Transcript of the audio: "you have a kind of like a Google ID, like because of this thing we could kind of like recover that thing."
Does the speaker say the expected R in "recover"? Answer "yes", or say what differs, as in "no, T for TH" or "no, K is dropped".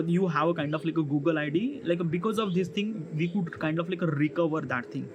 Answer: yes